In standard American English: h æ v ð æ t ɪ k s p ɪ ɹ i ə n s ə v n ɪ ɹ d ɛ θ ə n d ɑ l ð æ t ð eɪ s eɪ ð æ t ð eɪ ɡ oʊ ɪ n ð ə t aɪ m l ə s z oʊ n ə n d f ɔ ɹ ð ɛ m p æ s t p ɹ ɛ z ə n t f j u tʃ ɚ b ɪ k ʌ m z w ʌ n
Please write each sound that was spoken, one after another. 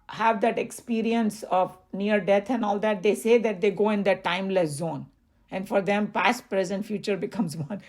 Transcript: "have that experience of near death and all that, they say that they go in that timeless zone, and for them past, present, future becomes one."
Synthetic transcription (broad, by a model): h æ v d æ t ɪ k s p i ɹ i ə n s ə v n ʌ ɹ d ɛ t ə n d ɑ l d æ t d eɪ s eɪ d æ t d eɪ ɡ oʊ ɪ n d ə t aɪ m l ə s z oʊ n ə n d f ɔ ɹ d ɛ m p æ s t p ɹ ɛ z ə n t f j u tʃ ɚ b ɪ k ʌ m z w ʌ n